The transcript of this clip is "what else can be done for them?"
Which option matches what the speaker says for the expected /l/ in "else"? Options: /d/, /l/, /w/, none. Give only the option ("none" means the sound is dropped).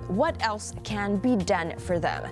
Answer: /l/